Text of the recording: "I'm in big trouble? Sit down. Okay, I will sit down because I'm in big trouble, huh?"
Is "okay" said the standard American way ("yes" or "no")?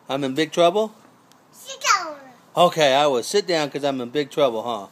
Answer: yes